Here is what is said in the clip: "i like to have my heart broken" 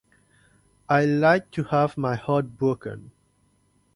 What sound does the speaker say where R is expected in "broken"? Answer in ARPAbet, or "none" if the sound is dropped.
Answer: none